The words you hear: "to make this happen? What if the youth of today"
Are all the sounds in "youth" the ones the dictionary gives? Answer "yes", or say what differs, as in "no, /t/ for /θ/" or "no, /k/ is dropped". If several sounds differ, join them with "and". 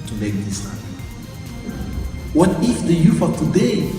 no, /f/ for /θ/